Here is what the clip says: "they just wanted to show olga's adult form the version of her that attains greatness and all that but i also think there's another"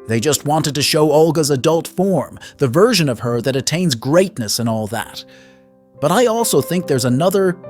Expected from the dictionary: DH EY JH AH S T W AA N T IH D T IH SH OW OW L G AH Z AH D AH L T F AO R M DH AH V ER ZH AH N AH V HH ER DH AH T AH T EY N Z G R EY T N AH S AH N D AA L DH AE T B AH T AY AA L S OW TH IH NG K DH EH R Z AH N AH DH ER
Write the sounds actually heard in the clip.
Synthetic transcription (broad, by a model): DH EY JH AH S T W AA N T IH D T IH SH OW OW L G AH Z AH D AH L T F AO R M DH AH V ER ZH AH N AH V ER DH AH T AH T EY N Z G R EY T N AH S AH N AA L DH AE T B AH T AY AA L S OW TH IH NG K DH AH R Z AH N AH DH ER